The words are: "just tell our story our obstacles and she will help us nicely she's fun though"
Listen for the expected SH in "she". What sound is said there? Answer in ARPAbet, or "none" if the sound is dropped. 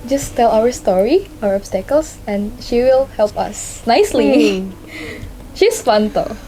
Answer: SH